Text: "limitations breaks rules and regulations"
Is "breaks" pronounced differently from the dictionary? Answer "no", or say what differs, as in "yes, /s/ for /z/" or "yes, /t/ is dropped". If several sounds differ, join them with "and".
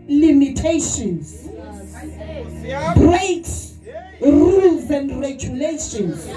yes, /s/ is dropped